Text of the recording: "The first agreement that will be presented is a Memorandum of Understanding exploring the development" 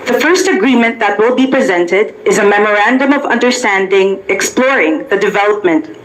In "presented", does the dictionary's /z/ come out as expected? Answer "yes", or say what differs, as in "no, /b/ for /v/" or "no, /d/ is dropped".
yes